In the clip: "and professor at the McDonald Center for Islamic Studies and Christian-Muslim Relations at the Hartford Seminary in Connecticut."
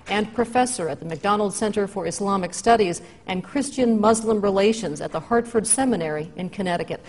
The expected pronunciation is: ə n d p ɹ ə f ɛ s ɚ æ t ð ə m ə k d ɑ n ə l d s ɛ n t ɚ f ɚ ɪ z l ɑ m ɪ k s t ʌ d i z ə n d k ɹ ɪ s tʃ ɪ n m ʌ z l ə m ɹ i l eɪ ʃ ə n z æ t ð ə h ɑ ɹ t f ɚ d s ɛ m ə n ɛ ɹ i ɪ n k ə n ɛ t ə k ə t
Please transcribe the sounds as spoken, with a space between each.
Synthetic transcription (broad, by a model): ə n p ɹ ə f ɛ s ɚ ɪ t ð ə m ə k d ɑ n l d s ɛ n t ɚ f ɚ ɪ s l ɑ m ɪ k s t ʌ d i z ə n k ɹ ɪ s tʃ ɪ n m ʌ z l ə m ɹ i l eɪ ʃ ə n z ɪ t ð ə h ɑ ɹ t f ɚ d s ɛ m ə n ɛ ɹ i ɪ n k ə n ɛ t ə k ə t